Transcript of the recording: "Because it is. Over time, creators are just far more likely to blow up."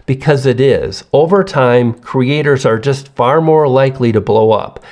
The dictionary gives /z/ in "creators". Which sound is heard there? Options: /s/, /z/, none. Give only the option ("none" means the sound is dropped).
/z/